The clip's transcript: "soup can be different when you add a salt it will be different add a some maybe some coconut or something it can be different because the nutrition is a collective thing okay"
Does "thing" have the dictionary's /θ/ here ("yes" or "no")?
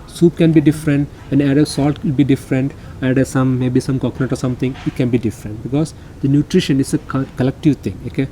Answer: no